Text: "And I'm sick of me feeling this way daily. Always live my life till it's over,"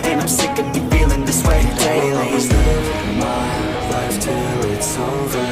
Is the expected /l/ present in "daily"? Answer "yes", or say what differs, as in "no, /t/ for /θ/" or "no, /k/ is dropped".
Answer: no, /l/ is dropped